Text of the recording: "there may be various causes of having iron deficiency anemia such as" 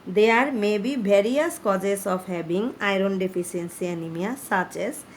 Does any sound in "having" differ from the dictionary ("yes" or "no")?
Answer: yes